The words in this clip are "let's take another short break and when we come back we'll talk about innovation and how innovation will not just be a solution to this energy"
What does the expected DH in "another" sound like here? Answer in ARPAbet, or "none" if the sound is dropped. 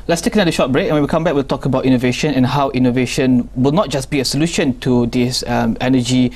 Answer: none